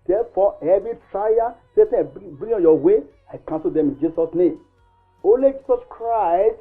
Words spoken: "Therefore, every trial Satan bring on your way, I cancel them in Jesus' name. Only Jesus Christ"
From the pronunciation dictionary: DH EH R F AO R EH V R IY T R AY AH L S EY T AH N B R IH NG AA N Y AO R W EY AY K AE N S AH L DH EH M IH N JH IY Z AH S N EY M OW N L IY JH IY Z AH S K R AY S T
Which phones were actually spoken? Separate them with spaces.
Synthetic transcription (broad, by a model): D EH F AO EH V IY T R AY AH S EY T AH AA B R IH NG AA Y AO W EY AY K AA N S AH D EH M IH N JH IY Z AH S N EY M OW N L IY JH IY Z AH S K R AY S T